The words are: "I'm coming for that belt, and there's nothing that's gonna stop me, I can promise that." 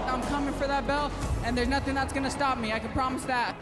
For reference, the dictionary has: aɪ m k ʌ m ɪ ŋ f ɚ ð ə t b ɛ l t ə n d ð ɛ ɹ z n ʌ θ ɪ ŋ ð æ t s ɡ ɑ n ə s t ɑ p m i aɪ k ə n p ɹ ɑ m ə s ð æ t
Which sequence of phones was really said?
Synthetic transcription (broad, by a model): aɪ m k ʌ m ɪ ŋ f ɚ ð ə t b ɛ l ə n ð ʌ ɹ z n ʌ θ ɪ ŋ ð æ t s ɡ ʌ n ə s t ɑ p m i aɪ k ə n p ɹ ɑ m ə s ð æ t